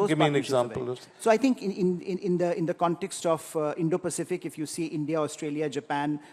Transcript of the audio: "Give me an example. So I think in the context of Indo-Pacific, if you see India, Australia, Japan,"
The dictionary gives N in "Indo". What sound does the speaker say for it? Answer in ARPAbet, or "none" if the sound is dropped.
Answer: N